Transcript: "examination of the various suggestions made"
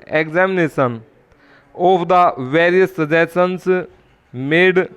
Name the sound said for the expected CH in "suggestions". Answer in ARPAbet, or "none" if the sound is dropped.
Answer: none